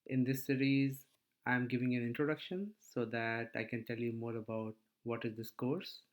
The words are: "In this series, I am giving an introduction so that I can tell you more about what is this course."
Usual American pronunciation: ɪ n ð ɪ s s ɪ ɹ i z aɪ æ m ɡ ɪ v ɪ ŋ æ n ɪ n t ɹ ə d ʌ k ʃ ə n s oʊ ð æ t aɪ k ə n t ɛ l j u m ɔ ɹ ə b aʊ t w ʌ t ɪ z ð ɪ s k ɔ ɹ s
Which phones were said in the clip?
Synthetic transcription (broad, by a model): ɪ n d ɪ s s ɪ ɹ i z aɪ m ɡ ɪ v ɪ ŋ æ n ɪ n t ɹ ə d ʌ k ʃ ə n s oʊ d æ t aɪ k ə n t ɛ l j u m ɔ ɹ ə b aʊ t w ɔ t ɪ z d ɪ s k ɔ ɹ s